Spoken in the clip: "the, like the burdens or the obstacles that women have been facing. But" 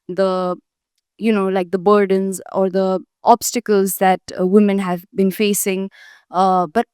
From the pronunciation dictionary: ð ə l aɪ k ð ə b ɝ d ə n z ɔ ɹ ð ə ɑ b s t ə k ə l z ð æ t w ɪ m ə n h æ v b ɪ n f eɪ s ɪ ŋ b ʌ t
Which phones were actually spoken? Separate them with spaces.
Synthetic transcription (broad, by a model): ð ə l aɪ k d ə b ɝ d ə n z ɔ ɹ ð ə ɑ b s t ə k ə l z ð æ t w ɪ m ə n h æ v b ɪ n f eɪ s ɪ ŋ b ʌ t